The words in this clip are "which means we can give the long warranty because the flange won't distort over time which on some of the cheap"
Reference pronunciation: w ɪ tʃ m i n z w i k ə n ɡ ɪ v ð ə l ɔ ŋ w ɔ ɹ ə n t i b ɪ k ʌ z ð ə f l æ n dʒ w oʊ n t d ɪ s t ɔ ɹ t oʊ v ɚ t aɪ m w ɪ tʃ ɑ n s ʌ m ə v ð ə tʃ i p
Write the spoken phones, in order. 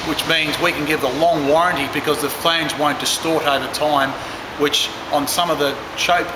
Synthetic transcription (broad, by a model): w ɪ tʃ m i n z w i k ə n ɡ ɪ v ð ə l ɔ ŋ w ɔ ɹ ə n t i b ɪ k ʌ z ð ə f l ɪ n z w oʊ n d ɪ s t ɔ ɹ t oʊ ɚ t aɪ m w ɪ tʃ n s ʌ m ə v ð ə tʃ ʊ p